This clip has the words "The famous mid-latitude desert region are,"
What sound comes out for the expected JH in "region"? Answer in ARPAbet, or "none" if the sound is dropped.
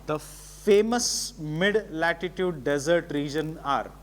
JH